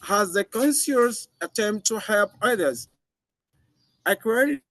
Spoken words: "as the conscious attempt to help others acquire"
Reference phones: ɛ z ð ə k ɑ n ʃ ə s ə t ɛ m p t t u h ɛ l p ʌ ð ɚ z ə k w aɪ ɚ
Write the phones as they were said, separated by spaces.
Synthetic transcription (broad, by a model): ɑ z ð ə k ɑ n s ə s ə t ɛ m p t t u h ɛ l p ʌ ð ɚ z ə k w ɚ